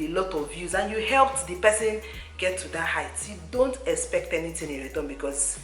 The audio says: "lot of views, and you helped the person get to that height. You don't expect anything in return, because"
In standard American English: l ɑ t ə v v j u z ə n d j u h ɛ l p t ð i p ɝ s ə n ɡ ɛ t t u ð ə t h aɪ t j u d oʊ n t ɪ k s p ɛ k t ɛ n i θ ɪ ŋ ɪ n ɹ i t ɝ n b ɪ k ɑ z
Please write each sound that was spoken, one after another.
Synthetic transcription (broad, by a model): l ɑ t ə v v j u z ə n j u h ɛ l p t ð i p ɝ s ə n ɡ ɛ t t u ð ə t h aɪ t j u d oʊ n t ɪ k s p ɛ k t ɛ n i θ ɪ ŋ ɪ n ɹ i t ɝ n b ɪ k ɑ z